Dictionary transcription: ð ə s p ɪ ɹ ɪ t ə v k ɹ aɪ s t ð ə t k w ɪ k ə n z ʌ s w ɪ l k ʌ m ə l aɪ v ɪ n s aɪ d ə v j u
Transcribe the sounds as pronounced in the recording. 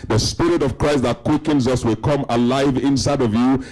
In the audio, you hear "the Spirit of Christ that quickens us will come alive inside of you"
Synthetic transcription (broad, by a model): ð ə s p ɪ ɹ ɪ t ə v k ɹ aɪ s t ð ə t k w ɪ k ə n z ʌ s w ɪ l k ʌ m ə l aɪ v ɪ n s aɪ d ə v j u